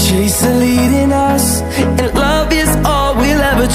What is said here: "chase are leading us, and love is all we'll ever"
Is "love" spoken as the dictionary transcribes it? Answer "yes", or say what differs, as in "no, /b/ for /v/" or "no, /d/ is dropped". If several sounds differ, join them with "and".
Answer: yes